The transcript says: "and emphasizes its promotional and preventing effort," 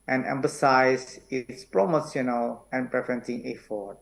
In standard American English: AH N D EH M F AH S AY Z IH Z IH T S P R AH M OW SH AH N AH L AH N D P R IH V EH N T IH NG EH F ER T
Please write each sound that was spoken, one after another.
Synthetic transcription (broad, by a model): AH N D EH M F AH S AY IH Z IH T S P R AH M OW S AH N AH L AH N P R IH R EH N S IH NG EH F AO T